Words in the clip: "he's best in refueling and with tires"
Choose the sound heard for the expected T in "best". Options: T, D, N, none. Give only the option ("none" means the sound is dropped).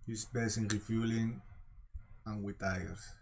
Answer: none